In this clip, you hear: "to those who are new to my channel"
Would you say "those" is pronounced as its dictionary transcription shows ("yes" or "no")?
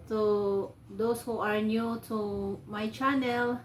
no